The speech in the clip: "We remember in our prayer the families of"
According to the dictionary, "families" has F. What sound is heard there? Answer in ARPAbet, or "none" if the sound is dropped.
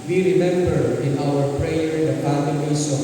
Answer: P